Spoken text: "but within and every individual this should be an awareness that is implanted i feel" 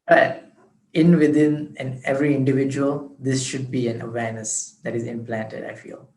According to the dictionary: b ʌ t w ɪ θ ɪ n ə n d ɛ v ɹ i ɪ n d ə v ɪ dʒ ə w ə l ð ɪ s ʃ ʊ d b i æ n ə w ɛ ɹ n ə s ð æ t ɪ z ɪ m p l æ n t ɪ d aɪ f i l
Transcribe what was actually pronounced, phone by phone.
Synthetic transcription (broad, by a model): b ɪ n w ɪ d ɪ n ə n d ɛ v ɹ i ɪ n d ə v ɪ dʒ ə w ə l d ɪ s ʃ ʊ d b i æ n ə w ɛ ɹ n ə s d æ t ɪ z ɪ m p l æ n t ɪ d aɪ f i l